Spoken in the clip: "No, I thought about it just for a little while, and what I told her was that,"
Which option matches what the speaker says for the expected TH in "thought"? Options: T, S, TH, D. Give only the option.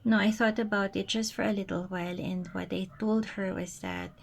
TH